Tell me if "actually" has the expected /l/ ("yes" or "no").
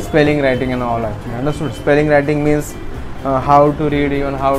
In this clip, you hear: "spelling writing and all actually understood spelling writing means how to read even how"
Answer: no